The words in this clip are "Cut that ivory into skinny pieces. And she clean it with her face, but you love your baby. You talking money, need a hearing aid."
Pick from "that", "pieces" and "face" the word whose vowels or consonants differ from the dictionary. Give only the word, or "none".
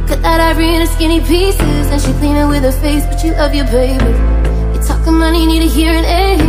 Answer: none